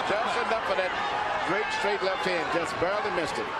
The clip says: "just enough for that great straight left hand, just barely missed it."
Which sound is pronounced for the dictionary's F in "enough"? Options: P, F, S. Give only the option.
P